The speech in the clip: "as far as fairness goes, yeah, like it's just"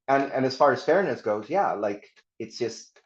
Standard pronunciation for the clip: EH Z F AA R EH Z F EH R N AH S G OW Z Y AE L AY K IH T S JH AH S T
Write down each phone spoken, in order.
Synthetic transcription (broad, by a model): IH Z F AA R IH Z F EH R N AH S G OW Z Y AE L AY K IH T S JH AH S T